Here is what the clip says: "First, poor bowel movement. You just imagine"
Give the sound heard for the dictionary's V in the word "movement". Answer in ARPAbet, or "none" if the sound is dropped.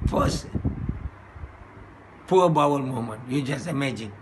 none